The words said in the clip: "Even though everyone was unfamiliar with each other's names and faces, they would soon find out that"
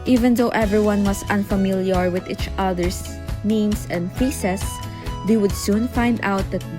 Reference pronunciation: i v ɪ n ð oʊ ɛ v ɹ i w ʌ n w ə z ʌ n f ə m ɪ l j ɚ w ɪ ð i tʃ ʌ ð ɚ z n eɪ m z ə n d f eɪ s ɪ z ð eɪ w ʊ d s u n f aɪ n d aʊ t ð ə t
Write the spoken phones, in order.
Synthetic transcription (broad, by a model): i v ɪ n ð oʊ ɛ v ɹ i w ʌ n w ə s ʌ n f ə m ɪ l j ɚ w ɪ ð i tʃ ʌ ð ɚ s n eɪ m s ə n d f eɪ s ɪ s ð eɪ w ʊ d s u n f aɪ n d aʊ t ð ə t